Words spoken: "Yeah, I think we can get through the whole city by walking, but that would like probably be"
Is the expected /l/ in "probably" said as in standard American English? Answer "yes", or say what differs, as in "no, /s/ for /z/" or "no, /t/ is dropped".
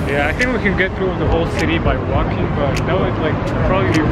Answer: no, /l/ is dropped